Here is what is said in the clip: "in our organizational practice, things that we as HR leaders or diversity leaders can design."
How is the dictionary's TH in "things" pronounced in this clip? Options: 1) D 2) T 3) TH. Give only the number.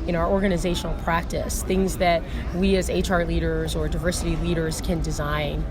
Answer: 3